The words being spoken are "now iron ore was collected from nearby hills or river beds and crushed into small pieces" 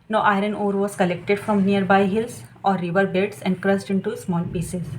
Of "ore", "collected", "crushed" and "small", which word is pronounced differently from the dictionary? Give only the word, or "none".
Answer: crushed